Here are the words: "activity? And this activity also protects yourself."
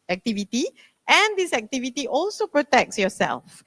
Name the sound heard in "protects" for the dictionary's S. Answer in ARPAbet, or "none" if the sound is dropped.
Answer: S